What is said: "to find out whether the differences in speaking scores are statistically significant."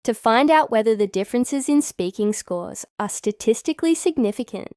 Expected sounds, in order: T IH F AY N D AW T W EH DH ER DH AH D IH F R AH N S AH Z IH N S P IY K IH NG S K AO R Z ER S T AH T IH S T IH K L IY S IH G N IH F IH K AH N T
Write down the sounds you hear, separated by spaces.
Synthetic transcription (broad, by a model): T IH F AY N D AW T W EH DH ER DH AH D IH F R AH N S AH Z IH N S P IY K IH NG S K AO R Z ER S T AH T IH S T IH K L IY S IH G N IH F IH K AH N T